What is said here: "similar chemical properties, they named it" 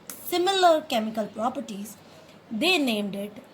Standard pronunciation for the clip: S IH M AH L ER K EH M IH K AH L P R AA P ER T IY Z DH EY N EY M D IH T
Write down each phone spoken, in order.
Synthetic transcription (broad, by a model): S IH M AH L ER K EH M IH K AH L P R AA P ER T IY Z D EY N EY M D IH T